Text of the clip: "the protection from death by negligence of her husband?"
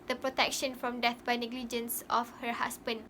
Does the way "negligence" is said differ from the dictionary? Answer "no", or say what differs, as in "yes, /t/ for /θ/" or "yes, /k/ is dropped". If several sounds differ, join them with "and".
no